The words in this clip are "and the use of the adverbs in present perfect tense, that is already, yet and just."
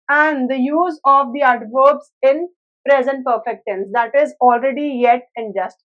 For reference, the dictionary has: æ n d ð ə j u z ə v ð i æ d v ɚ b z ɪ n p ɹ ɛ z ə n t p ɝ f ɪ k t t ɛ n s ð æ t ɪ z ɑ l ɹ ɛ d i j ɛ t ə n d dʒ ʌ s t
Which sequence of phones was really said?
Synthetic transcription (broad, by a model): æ n d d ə j u z ə v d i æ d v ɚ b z ɪ n p ɹ ɛ z ə n t p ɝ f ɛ k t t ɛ n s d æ t ɪ z ɑ l ɹ ɛ d i j ɛ t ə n dʒ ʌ s t